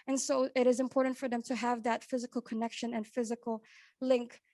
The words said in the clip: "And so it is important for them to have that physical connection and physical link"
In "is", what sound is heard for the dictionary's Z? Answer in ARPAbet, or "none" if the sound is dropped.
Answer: Z